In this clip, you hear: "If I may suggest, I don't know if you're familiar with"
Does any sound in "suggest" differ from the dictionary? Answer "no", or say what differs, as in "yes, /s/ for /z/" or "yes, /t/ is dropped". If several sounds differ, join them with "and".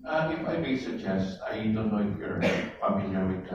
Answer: no